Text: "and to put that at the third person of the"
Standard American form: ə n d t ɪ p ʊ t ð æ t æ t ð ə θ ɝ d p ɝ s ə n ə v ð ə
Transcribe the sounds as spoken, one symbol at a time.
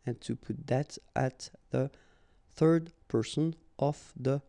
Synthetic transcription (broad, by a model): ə n t ɪ p ʊ t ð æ t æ t ð ə θ ɝ d p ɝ s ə n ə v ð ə